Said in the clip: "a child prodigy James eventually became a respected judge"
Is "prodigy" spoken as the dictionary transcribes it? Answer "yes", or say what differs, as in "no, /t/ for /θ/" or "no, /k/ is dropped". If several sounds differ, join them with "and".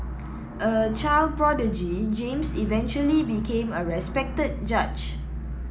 yes